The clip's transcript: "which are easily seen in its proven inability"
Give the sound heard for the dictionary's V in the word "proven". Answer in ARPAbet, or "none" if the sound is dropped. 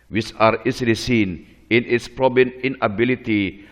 B